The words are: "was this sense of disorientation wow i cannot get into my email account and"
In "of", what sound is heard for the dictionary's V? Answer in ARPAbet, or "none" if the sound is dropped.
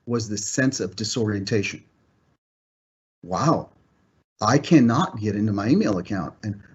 V